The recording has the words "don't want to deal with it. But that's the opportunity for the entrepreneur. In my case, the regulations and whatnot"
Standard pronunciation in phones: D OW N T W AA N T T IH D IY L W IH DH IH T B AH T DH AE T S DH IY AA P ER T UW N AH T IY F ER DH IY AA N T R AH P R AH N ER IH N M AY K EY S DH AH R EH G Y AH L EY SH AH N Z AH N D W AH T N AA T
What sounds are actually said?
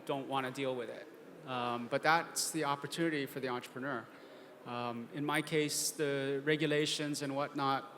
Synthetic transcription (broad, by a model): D OW N T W AA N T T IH D IY L W IH DH IH T B AH T DH AE T S DH IY AA P ER T UW N AH T IY F ER DH IY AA N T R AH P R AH N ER IH N M AY K EY S DH AH R EH G Y AH L EY SH AH N Z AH N W AH T N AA T